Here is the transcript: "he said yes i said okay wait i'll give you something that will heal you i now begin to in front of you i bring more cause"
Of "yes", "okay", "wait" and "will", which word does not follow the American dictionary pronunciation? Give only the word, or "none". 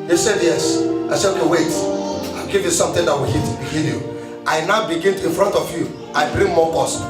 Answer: will